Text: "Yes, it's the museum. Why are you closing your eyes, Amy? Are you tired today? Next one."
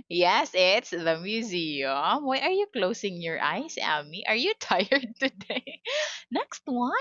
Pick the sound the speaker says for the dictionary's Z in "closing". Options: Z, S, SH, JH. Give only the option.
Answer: S